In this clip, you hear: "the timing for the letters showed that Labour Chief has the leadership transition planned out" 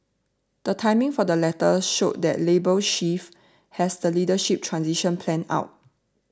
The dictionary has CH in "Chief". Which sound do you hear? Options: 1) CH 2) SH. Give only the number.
2